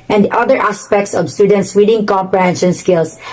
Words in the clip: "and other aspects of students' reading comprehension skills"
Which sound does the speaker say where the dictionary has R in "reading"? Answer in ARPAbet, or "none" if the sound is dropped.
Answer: W